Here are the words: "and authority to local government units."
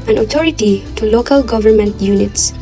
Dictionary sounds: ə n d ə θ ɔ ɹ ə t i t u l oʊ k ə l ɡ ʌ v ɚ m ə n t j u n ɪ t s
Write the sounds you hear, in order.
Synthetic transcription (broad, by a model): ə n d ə t ɔ ɹ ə t i t u l oʊ k ə l ɡ ʌ v ɚ m ə n t j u n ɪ t s